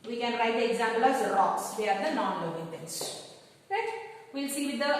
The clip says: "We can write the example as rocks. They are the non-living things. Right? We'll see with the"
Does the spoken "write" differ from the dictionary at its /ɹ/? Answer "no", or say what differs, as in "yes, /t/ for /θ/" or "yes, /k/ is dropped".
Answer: no